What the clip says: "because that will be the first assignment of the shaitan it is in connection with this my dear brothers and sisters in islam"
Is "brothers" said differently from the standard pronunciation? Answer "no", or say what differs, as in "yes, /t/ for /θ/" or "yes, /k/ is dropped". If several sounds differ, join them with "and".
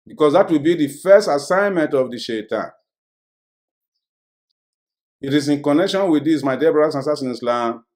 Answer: yes, /ð/ is dropped and /s/ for /z/